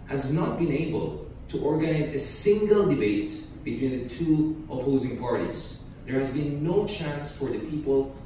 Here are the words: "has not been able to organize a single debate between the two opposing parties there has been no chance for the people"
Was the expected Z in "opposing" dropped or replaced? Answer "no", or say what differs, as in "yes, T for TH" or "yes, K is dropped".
no